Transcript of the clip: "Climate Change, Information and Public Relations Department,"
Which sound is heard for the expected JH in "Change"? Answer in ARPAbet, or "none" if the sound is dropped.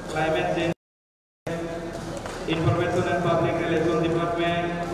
none